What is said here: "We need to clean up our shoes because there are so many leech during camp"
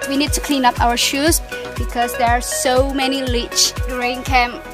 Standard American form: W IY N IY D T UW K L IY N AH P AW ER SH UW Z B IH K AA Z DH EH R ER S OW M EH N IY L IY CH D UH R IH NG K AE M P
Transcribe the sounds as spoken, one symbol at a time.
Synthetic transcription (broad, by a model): W IY N IY D T UW K L IY N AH P AW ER SH UW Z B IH K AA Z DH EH R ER S OW M EH N IY L IY CH R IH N K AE M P